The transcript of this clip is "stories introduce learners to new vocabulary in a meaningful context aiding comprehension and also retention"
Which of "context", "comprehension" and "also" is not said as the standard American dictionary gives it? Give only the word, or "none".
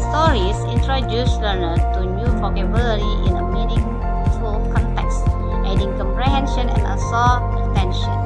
also